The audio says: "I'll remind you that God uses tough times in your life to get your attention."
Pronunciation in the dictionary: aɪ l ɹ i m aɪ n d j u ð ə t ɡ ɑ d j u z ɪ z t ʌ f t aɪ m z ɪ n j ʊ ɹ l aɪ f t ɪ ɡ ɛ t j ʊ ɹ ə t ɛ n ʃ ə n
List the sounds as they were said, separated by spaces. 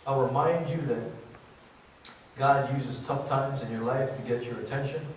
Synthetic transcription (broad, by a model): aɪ ɹ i m aɪ n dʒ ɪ ð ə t ɡ ɑ d j u z ɪ z t ʌ f t aɪ m z ɪ n j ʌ ɹ l aɪ f t ɪ ɡ ɛ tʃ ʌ ɹ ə t ɛ n ʃ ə n